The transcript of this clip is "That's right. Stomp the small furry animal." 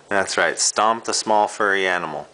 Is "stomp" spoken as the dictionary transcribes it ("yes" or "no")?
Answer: yes